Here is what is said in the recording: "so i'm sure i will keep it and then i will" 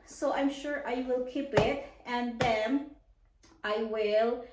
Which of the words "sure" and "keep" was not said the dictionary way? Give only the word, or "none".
none